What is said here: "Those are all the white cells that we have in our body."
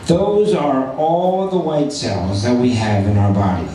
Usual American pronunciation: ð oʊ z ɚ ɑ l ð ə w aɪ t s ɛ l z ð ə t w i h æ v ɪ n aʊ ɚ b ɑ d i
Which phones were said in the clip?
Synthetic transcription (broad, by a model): ð oʊ z ɚ ɑ l ð ə w aɪ t s ɛ l z ð ə t w i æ v ɪ n aʊ ɚ b ɑ d i